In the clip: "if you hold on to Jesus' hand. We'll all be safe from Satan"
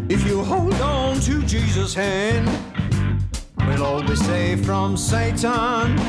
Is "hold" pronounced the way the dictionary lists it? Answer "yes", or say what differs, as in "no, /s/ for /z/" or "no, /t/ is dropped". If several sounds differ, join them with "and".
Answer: yes